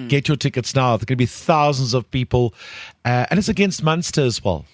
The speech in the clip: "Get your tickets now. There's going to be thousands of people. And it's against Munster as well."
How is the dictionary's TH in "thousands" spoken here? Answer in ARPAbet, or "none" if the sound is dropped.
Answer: TH